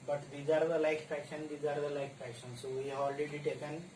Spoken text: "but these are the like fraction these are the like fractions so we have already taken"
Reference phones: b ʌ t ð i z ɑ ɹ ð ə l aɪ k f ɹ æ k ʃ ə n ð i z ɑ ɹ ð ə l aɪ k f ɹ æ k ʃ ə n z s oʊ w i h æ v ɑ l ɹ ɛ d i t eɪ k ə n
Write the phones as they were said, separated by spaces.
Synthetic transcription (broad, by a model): b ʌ t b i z ɑ ɹ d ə l aɪ k p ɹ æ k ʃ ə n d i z ɑ ɹ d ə l aɪ k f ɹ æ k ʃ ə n s oʊ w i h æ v ɑ l ɹ ɛ d i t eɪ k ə n